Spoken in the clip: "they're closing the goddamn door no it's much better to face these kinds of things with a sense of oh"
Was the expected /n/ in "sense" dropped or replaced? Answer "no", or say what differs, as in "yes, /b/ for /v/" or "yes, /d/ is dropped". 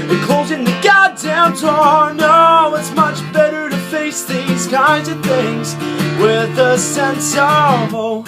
no